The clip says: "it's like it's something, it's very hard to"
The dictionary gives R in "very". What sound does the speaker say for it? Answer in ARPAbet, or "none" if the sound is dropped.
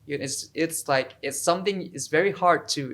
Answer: R